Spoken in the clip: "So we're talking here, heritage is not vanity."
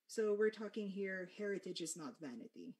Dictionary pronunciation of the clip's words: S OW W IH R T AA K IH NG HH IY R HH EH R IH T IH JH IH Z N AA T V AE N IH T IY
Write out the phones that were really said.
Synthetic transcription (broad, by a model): S OW W IH R T AA K IH NG HH IY R HH EH R IH T IH JH IH Z N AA T V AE N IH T IY